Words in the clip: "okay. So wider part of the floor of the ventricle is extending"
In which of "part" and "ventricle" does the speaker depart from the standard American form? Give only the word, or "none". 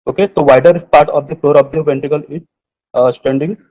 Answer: ventricle